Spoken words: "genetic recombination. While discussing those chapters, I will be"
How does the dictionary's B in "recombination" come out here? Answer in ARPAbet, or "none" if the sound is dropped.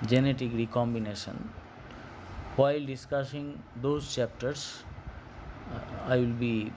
B